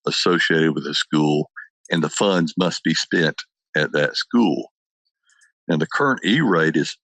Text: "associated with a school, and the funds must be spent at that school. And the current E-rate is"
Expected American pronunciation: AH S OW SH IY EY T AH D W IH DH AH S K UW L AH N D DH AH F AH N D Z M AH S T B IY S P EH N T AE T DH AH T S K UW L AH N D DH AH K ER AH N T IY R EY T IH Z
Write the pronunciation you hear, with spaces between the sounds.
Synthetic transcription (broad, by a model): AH S OW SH IY EY T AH D W IH DH AH S K UW L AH N DH AH F AH N D Z M AH S T B IY S P EH N T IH T DH AH T S K UW L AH N DH AH K ER AH N T IY R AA T IH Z